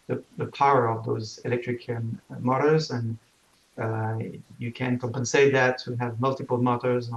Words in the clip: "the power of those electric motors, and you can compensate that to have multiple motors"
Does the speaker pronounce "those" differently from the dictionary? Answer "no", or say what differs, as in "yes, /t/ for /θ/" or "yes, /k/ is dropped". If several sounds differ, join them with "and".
no